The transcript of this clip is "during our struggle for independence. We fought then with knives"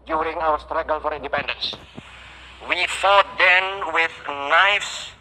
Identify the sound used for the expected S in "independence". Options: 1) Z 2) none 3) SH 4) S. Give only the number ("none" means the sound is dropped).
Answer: 4